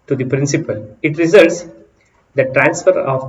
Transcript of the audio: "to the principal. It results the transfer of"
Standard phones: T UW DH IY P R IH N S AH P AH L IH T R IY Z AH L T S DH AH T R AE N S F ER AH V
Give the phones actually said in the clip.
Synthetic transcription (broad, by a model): T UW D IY P R IH N S AH P AH L IH T R IY Z AH L T S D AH T R AE N S F ER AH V